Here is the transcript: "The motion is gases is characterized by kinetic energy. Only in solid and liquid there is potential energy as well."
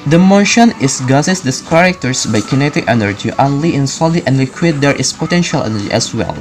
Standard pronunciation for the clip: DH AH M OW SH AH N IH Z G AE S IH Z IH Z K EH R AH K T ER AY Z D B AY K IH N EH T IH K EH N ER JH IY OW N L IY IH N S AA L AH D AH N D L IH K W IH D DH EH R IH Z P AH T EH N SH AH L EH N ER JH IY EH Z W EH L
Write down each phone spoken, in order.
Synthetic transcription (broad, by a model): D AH M OW SH AH N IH S G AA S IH S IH S K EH R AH K T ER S B AY K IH N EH T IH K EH N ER JH IY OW N L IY IH N S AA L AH AH N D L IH K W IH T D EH R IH S P AH T EH N SH AH L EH N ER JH IY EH S W EH L